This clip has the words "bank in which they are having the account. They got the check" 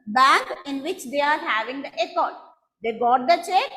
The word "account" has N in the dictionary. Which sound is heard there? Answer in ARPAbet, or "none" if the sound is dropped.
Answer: none